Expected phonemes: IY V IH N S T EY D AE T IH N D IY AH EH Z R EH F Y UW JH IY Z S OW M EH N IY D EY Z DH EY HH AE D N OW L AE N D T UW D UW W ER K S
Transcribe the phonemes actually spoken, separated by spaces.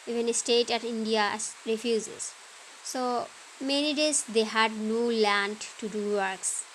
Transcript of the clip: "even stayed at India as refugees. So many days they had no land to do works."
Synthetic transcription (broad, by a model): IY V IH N S T EY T AE T IH N D IY AH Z R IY F Y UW Z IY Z S OW M EH N IY D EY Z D EY HH AE D N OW L AE N D T UW D UW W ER K S